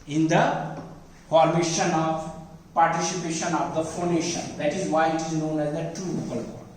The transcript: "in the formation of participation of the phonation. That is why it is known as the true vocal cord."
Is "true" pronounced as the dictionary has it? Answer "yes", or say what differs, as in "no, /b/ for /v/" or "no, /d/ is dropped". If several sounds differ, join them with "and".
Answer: no, /ɹ/ is dropped